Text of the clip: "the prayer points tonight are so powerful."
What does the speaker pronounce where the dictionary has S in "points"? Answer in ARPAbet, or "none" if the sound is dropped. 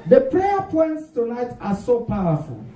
S